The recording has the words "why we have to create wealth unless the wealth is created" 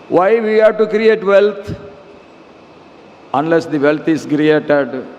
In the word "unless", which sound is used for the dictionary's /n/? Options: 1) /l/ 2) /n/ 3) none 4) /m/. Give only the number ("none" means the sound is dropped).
2